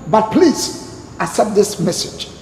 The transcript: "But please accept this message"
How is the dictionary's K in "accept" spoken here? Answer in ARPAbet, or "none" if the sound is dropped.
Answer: none